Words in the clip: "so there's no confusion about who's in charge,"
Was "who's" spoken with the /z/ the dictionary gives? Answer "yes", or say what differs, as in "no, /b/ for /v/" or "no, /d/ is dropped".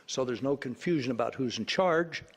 yes